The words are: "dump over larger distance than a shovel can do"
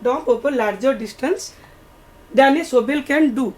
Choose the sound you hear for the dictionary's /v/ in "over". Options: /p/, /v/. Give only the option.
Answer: /p/